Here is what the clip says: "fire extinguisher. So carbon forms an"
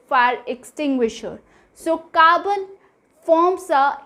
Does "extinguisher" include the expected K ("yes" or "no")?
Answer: yes